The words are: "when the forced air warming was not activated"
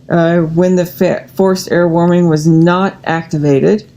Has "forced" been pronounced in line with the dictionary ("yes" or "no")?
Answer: yes